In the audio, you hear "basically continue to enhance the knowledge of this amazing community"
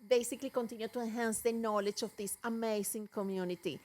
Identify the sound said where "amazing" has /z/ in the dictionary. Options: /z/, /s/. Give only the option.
/s/